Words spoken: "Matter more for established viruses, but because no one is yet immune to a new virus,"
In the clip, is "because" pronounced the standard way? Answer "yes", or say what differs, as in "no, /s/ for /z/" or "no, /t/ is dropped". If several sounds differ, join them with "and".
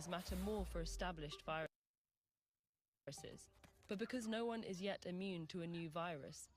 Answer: yes